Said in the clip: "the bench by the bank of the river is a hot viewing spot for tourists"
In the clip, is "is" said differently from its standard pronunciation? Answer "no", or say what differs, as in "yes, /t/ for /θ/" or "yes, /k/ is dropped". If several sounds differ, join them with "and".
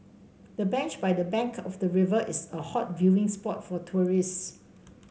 yes, /s/ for /z/